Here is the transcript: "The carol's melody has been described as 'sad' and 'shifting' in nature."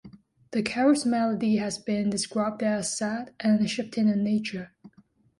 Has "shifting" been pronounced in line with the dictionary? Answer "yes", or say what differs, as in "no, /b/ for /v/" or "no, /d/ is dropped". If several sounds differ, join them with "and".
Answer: no, /p/ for /f/